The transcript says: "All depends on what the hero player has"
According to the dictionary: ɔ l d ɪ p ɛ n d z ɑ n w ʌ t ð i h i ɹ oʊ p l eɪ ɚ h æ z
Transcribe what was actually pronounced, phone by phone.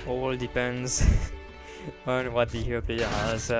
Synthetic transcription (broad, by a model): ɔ l d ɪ p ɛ n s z ɑ n w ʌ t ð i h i oʊ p l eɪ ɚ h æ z